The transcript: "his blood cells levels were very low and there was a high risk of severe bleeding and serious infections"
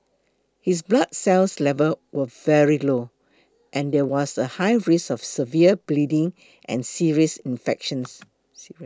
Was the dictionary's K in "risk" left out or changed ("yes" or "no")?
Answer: yes